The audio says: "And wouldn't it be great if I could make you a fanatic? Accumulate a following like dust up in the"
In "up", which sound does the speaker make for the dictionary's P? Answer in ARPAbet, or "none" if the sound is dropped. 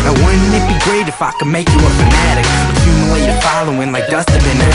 B